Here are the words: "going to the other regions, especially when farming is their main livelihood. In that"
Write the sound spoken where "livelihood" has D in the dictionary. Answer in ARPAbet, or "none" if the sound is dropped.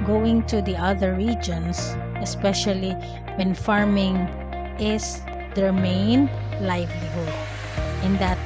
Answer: none